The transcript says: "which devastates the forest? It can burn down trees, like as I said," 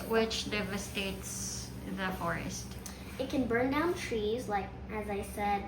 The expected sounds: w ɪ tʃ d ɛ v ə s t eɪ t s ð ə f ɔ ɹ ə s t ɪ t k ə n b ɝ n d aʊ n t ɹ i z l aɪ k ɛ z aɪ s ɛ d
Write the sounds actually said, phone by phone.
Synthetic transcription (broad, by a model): w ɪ tʃ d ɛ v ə s t eɪ t s ð ə f ɔ ɹ ə s t ɪ t k ə n b ɝ n d aʊ n t ɹ i z l aɪ k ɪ z aɪ s ɛ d